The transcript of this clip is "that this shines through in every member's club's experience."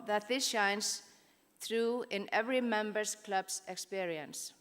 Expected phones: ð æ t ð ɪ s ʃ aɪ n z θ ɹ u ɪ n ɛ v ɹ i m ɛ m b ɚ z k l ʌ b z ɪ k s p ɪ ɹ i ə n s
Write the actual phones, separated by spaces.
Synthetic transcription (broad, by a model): ð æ t ð ɪ s ʃ aɪ n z θ ɹ u ɪ n ɛ v ɹ i m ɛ m b ɚ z k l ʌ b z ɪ k s p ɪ ɹ i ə n s